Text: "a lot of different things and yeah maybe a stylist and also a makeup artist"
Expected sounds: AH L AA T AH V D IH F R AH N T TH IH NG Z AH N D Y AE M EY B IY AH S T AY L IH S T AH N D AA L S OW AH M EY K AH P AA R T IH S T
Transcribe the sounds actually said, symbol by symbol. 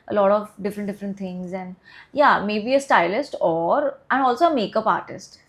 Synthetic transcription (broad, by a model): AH L AA T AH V D IH F R AH N T T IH NG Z AH N D Y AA M EY B IY AH S T AY L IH S T AH N D AA L S OW AH M EY K AH P AA R T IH S T